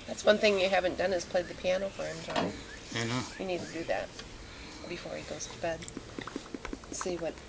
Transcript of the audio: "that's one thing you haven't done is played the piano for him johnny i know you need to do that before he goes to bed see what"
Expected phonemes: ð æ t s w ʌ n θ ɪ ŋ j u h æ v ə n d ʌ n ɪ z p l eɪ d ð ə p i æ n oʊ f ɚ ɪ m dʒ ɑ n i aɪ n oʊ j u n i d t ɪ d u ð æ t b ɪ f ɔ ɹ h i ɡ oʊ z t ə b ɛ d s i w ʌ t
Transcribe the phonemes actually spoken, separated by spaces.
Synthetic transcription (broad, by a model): ð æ t s w ʌ n θ ɪ ŋ j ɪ h æ v ə n d ʌ n ɪ z p l eɪ d ð ə p i æ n oʊ f ɚ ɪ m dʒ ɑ i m n oʊ j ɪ n i d t ɪ d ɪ ð æ t b ɪ f ɔ ɹ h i ɡ oʊ z t ə b ɛ d s i w ʌ t